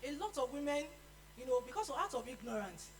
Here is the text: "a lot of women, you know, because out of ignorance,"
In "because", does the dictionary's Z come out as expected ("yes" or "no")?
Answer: no